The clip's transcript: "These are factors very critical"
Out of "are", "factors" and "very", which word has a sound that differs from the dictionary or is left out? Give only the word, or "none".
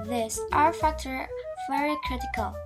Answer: factors